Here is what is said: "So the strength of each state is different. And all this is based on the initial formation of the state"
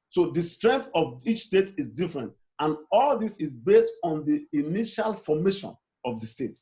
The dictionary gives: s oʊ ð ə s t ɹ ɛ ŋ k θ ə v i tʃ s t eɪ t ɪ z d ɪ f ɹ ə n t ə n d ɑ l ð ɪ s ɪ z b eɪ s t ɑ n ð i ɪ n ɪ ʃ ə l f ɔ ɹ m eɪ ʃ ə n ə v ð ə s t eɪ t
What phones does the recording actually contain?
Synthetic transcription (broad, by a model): s oʊ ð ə s t ɹ ɛ ŋ k θ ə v i tʃ s t eɪ t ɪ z d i f ɹ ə n t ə n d ɑ l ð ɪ s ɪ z b eɪ s t ɑ n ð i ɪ n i ʃ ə l f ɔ m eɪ ʃ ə n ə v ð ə s t eɪ t